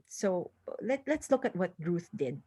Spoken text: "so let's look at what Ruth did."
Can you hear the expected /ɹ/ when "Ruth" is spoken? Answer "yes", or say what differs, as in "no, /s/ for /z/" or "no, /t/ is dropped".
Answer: yes